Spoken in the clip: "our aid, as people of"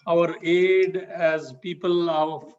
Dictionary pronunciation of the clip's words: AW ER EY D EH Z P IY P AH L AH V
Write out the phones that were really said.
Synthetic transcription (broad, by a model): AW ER EY D EH Z P IY P AH L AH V